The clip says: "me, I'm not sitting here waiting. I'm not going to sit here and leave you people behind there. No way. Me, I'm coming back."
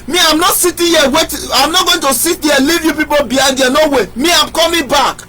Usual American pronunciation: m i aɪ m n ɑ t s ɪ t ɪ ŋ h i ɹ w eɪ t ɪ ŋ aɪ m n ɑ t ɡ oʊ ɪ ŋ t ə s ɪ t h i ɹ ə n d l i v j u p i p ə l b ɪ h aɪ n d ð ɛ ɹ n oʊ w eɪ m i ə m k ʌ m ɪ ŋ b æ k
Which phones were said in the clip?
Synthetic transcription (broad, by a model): m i aɪ m n ɑ t s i t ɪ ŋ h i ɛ w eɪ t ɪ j m n ɑ t ɡ oʊ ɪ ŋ t ə s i t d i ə l i v j u p i p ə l b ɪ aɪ d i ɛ n oʊ w eɪ m i ə m k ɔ m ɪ b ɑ k